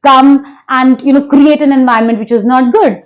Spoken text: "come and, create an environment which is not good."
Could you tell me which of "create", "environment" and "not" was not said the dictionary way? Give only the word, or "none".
environment